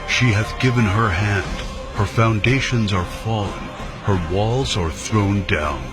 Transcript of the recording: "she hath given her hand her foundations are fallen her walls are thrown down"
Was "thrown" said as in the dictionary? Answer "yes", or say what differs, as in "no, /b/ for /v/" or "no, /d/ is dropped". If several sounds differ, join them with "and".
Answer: yes